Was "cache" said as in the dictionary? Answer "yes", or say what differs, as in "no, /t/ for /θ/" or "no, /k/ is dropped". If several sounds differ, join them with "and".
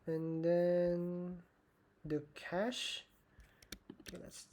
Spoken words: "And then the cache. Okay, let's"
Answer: yes